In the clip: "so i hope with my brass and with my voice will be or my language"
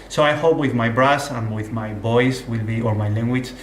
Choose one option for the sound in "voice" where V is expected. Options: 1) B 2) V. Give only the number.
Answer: 1